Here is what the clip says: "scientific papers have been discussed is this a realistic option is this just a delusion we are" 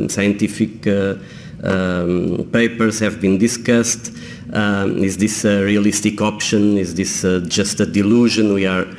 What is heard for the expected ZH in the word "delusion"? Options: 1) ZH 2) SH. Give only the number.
1